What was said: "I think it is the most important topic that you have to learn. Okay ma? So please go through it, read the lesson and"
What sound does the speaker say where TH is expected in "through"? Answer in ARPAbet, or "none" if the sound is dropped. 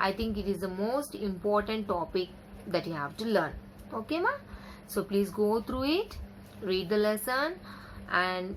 T